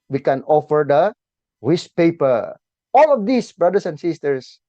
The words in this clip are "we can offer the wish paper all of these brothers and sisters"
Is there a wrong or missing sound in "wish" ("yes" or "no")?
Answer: yes